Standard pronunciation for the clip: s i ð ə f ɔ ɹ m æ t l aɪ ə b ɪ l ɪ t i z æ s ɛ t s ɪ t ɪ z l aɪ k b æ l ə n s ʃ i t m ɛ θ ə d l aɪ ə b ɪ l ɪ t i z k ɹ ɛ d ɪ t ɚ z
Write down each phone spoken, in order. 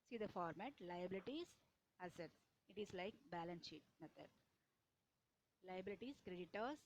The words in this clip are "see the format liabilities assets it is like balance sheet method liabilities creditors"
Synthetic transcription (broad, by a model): s i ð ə f ɔ ɹ m æ t l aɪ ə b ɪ l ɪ t i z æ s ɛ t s ɪ t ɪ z l aɪ k b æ l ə n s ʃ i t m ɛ t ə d l aɪ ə b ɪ l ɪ t i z k ɹ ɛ d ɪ t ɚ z